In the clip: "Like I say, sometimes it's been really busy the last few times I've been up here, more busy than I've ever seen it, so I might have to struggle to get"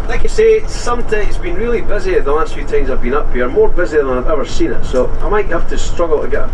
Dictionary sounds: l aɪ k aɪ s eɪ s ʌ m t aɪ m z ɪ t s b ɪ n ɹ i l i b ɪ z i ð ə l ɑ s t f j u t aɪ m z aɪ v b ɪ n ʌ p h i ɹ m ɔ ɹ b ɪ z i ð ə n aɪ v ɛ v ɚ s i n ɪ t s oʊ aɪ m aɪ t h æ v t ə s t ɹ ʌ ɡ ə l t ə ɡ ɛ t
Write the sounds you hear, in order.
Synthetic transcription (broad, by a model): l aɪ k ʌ s eɪ s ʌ m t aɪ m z b ɪ n ɹ i l i b ɪ z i ð ə l ɑ s t f j u t aɪ m z aɪ v b ɪ n ʌ p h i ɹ m ɔ ɹ b ɪ z i ð ə n aɪ v ɛ v ɚ s i n ɪ t s oʊ aɪ m aɪ t h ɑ f t ə s t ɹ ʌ ɡ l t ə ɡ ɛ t